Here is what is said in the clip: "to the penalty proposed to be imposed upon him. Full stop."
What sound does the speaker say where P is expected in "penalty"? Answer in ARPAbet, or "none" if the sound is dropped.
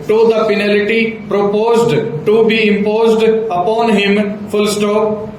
F